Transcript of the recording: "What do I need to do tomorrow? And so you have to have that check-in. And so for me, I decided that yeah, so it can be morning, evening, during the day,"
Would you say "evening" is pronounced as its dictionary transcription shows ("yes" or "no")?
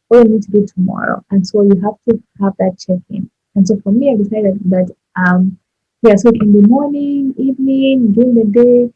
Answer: yes